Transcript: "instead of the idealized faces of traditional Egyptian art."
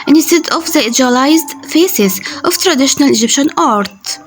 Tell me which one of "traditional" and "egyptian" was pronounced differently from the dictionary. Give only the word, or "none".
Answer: none